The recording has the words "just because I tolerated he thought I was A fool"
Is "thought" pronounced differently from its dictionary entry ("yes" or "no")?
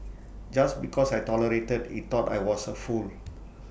yes